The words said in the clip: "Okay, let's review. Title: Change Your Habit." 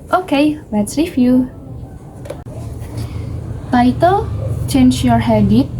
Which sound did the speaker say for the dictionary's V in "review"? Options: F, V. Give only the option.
F